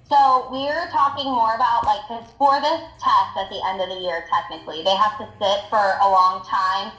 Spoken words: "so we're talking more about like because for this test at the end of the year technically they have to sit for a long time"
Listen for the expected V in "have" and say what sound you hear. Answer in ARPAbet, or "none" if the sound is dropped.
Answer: F